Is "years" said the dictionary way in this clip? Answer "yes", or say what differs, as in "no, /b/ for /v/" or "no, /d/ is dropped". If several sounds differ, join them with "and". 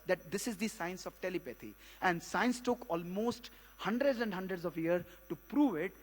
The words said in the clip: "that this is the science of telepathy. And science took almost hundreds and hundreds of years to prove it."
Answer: no, /z/ is dropped